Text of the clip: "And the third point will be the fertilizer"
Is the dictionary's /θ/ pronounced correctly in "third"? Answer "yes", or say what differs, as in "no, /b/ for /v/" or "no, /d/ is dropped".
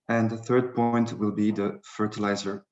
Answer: yes